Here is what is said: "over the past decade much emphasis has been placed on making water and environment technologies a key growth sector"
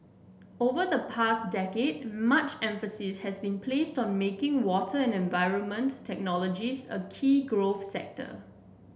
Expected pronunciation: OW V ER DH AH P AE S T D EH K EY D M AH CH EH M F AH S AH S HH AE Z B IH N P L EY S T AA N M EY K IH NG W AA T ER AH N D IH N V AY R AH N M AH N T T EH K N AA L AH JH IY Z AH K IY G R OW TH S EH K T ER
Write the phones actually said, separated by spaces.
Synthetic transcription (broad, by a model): OW V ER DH AH P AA S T D EH K EY D M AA CH EH M F AH S AH S HH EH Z B IH N P L EY S T AA N M EY K IH NG W AA T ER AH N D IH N V AY R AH N M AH N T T EH K N AA L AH JH IY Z AH K IY G R OW F S EH K T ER